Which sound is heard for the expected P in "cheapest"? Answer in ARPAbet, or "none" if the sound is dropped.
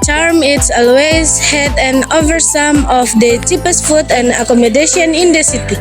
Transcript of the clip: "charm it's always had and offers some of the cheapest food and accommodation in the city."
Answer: P